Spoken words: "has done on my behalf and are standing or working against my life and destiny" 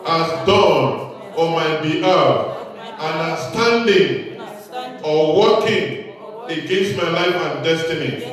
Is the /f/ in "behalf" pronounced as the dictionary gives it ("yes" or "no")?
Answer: no